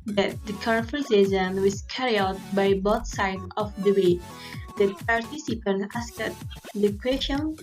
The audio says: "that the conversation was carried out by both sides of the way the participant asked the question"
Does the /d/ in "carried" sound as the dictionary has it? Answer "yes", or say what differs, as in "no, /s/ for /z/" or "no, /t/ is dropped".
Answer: no, /d/ is dropped